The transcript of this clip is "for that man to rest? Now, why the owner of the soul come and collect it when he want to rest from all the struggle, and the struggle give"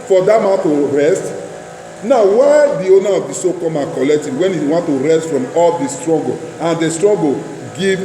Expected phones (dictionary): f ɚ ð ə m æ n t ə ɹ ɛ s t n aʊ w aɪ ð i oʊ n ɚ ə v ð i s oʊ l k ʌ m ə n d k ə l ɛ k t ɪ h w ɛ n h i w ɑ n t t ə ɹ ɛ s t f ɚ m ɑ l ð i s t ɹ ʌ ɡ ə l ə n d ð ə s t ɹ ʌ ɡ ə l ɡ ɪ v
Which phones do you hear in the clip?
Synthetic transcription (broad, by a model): f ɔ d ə m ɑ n t ə ɹ ɛ s t n aʊ w aɪ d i oʊ n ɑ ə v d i s oʊ k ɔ m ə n k ə l ɛ k t ɪ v w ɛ n h i w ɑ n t t ə ɹ ɛ s t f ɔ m ɑ l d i s t ɹ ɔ ɡ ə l ə n d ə s t ɹ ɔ ɡ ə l ɡ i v